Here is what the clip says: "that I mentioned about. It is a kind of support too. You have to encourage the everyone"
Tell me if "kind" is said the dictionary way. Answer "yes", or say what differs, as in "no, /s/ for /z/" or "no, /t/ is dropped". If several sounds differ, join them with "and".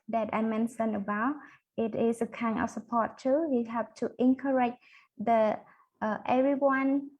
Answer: no, /d/ is dropped